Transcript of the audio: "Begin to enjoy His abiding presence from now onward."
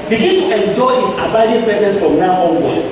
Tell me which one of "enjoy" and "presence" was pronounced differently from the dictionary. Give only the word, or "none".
presence